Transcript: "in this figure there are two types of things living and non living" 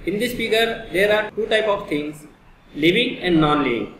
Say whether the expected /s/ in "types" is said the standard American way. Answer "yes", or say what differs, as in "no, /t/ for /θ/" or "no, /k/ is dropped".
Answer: no, /s/ is dropped